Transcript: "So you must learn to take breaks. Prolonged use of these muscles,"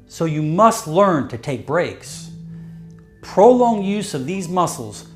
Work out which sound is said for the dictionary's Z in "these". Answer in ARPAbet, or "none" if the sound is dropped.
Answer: Z